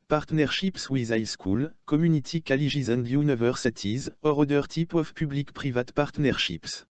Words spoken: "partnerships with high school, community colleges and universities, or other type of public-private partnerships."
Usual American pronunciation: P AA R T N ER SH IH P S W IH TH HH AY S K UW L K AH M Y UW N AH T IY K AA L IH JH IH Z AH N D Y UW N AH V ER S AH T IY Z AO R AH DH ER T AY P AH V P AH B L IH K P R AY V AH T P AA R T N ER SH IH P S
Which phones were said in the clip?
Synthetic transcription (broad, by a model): P AA R T N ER SH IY P S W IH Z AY S K UW L K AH M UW N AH T IY K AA L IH ZH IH Z AH N D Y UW N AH V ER S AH T IY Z AO R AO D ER T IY P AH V P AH B L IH K P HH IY V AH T P AA R T N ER SH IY P S